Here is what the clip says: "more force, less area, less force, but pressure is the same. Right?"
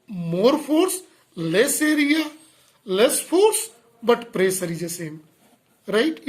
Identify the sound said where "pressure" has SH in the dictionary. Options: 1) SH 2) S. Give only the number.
2